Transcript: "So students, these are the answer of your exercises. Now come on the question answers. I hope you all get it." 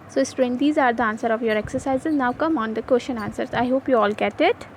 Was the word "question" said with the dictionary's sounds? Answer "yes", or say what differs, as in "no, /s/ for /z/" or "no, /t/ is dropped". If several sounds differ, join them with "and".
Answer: no, /ʃ/ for /tʃ/